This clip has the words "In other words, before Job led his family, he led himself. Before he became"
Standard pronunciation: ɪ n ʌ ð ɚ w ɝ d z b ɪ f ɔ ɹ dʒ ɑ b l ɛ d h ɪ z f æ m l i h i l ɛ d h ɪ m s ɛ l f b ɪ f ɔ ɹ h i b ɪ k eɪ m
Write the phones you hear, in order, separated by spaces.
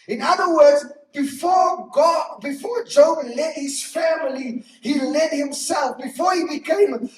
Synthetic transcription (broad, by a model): ɪ n ʌ ð ɚ w ɝ d z b ɪ f ɔ ɹ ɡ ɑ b l ɛ d h ɪ z f æ m l i h i l ɛ d h ɪ m s ɛ l f b ɪ f ɔ ɹ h i b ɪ k eɪ m